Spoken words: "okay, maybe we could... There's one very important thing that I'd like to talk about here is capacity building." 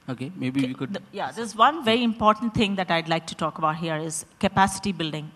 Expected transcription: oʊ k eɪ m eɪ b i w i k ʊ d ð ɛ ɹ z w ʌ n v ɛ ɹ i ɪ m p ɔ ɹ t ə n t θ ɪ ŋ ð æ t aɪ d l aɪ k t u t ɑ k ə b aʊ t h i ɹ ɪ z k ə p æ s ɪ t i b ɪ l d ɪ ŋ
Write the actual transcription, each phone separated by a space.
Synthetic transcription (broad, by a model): oʊ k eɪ m eɪ b i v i k ʊ d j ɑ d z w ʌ n v ɛ ɹ i ɪ m p ɔ ɹ t ə n t t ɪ ŋ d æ t aɪ d l aɪ k t u t ɑ k ə b aʊ t h i ɹ ɪ z k ə p æ s ɪ t i b ɪ l d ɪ ŋ